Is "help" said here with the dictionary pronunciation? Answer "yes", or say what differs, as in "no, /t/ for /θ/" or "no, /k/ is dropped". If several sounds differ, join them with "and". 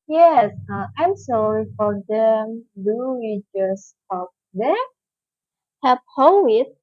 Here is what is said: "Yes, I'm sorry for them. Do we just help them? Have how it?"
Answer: no, /l/ is dropped